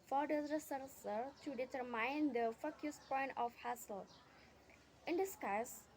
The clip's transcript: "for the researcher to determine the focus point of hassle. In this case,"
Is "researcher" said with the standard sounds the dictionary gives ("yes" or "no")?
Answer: no